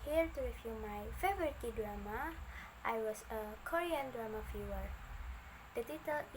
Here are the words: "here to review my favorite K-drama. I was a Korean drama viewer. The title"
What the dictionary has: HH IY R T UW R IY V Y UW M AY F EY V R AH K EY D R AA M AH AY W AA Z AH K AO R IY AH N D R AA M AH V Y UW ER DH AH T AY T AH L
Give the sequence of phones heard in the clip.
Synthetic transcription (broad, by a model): HH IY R T UW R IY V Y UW M AY F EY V R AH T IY D R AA M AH AY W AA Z AH K AO R IY AH N D R AA M AH F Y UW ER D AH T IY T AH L